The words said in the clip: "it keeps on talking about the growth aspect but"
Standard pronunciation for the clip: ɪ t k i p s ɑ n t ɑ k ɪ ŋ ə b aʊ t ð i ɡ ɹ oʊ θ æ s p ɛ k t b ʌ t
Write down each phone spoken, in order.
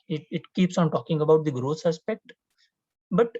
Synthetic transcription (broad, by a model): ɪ t k i p s ɑ n t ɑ k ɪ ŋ ə b aʊ t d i ɡ ɹ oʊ s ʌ s p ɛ k t b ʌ t